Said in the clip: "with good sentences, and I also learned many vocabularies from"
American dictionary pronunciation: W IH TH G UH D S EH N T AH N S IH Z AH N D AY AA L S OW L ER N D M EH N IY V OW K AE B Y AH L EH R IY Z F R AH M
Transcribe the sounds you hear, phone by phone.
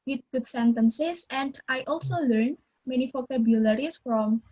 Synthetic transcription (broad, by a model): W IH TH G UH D S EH N T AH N S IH S AH N D AY AA L S OW L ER N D M EH N IY P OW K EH B Y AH L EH R IY S F R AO M